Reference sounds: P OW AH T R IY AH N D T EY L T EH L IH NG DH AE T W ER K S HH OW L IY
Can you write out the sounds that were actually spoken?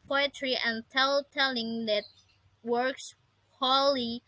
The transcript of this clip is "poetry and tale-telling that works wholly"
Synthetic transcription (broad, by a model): P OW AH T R IY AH N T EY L T EH L IH NG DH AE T W ER K S HH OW L IY